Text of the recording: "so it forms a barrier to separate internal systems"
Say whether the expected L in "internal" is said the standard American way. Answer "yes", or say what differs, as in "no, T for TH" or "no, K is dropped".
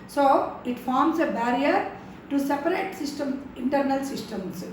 yes